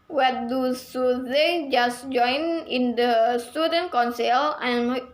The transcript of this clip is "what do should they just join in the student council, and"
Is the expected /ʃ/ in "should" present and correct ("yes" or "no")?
no